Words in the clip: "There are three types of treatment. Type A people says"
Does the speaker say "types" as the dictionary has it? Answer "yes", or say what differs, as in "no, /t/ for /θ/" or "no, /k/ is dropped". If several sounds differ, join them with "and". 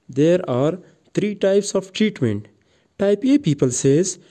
yes